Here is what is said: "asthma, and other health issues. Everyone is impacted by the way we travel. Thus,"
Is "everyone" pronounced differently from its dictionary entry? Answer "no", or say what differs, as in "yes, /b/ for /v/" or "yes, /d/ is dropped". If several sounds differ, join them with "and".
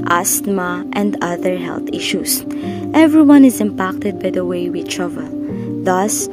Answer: no